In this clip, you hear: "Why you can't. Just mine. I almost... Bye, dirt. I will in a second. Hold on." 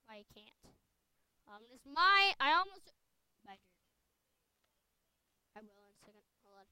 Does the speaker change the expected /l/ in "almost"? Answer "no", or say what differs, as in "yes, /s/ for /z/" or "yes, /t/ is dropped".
no